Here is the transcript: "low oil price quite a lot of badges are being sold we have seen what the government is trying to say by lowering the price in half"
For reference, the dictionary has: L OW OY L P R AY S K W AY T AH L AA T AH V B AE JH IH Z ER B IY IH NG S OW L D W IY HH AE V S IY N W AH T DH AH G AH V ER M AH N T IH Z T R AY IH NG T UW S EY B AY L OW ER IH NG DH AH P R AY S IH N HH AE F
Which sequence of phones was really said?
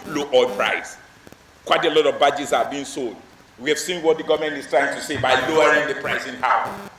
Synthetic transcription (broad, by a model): L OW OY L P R AY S K W AY T AH L AA T AH V B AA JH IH S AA B IY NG S OW L D W IY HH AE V S IY N W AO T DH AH G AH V M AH N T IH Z T R AY IH NG T UW S EY B AY L OW ER IH NG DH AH P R AY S IH N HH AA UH